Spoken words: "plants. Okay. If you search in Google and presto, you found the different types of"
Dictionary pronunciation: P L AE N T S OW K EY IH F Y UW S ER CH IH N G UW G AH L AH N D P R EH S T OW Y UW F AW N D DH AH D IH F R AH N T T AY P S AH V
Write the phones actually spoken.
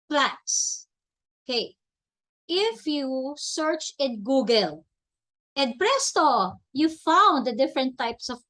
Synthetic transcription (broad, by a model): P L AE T S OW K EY IH F Y UW S ER CH IH N G UW G AH L AH N D P R EH S T OW Y UW F AW N D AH D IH F R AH N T T AY P S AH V